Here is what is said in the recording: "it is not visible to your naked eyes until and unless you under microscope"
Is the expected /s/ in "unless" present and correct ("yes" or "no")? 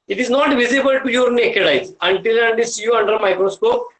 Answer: no